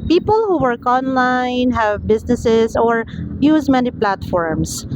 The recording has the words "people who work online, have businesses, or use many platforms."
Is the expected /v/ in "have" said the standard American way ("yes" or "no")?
yes